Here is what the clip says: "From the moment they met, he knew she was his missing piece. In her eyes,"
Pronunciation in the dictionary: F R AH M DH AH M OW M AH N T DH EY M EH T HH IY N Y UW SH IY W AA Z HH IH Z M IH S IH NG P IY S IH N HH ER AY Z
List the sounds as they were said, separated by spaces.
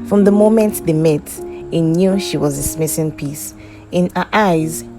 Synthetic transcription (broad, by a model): F R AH M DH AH M OW M AH N T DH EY M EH T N N Y UW SH IY W AA Z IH S M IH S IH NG P IY S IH N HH AY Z